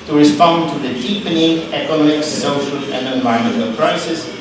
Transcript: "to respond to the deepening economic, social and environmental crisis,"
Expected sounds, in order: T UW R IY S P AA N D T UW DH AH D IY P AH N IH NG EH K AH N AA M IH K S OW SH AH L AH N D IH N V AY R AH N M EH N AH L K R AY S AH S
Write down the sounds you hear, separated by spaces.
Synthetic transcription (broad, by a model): T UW R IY S P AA N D T UW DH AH D IY P AH N IH NG EH K AH N AA M IH K S OW SH AH L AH N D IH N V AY AH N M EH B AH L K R AY S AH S